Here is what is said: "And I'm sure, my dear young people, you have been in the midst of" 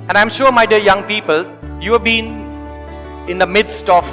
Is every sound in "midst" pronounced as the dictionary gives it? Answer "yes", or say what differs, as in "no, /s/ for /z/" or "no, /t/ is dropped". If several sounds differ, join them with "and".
yes